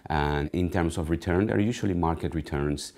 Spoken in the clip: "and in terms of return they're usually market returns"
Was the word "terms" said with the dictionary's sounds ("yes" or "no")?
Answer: no